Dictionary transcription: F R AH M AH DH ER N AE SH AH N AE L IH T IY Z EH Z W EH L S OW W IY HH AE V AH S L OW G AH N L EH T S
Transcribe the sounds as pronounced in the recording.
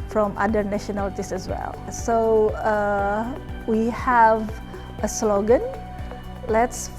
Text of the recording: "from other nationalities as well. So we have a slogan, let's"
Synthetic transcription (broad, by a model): F R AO M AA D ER N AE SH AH N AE L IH T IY S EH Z W EH L S OW W IY HH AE V AH S L OW G AH N L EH T S